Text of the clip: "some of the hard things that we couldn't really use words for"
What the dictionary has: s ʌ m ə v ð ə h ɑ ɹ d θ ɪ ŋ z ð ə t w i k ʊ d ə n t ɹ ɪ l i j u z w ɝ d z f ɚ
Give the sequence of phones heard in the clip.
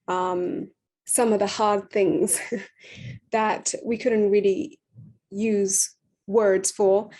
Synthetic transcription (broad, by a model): s ʌ m ə v ð ə h ɑ ɹ d θ ɪ ŋ z ð ə t w i k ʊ d n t ɹ ɪ l i j u z w ɝ d z f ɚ